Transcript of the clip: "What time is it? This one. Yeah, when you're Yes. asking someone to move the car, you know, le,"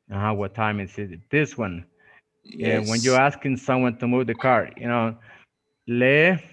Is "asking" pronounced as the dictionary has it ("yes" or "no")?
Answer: yes